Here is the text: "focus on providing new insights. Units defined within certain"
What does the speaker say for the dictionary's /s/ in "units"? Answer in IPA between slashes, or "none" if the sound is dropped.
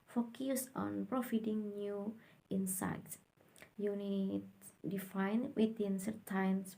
none